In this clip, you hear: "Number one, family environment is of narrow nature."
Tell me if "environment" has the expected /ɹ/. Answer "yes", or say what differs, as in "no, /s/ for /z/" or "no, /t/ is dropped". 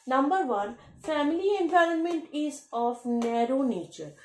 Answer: yes